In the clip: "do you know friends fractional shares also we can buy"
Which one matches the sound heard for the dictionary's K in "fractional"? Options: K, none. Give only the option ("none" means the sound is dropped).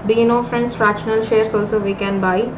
none